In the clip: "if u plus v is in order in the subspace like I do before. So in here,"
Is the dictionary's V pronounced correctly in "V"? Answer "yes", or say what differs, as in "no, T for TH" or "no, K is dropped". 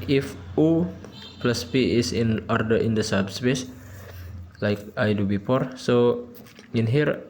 no, P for V